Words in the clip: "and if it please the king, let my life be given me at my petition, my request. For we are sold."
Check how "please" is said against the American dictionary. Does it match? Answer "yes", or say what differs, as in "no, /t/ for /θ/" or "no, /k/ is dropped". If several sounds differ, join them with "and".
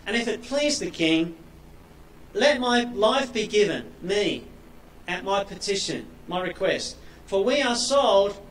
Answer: yes